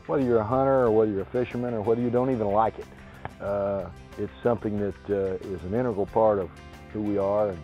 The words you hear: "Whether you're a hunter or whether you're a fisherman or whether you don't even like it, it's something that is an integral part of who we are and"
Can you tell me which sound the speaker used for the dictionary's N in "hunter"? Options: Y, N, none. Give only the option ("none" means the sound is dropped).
none